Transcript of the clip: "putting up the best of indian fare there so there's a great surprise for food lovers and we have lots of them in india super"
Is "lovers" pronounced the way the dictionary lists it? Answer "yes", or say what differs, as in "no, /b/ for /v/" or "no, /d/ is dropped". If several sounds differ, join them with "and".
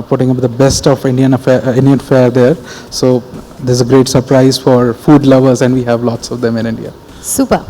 yes